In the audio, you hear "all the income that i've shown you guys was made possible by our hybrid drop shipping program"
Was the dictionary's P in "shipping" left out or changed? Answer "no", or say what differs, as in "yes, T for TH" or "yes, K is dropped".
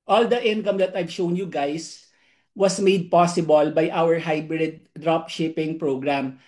no